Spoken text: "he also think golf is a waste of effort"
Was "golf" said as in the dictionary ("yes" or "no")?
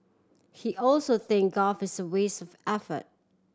no